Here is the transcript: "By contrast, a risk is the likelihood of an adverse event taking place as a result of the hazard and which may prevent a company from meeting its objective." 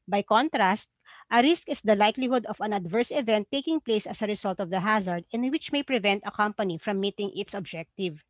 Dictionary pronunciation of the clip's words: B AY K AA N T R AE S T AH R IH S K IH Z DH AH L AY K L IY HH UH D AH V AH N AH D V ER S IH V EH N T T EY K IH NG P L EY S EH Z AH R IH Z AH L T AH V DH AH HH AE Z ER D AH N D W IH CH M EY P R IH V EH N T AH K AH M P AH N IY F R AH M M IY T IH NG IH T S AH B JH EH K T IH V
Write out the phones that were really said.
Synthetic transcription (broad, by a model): B AY K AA N T R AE S T AH R IH S K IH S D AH L AY K L IY HH UH D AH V AH N AH D V ER S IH V EH N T T EY K IH NG P L EY S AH S AH R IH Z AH L T AH V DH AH HH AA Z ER D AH N W IH CH M EY P R IH V EH N T AH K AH M P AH N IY F R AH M M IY T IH NG IH T S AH B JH EH K T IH V